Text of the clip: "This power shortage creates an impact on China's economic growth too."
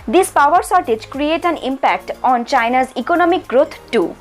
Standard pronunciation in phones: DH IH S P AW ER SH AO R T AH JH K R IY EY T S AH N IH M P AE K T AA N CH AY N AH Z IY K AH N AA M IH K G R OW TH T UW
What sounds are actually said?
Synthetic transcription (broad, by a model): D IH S P AW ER S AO R T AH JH K R IY EY T AH N IH M P AE K T AA N CH AY N AH Z IY K AH N AA M IH K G R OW T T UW